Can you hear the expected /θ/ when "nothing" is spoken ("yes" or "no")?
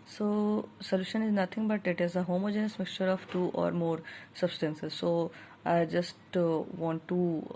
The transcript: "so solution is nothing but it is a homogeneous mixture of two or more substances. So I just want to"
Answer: no